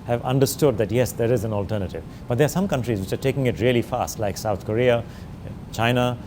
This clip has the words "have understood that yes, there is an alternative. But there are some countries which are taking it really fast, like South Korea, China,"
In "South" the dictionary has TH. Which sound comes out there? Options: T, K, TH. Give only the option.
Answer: T